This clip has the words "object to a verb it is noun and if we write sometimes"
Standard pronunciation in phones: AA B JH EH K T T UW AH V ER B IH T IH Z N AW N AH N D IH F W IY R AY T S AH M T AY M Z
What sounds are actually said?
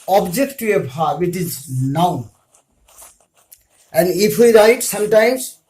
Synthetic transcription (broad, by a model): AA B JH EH K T T UW AH P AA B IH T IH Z N AW N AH N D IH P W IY R AY T S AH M T AY M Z